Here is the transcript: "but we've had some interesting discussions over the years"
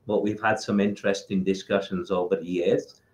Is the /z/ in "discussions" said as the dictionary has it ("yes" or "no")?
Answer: yes